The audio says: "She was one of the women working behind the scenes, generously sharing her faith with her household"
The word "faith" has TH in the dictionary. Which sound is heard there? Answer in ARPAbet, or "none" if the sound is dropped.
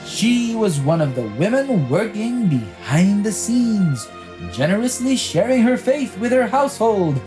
TH